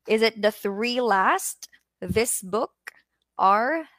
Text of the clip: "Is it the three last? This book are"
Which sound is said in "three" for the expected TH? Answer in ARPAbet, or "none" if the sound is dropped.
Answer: TH